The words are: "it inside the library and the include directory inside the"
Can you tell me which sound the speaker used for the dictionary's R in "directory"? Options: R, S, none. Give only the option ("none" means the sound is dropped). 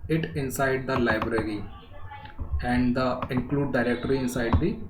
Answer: R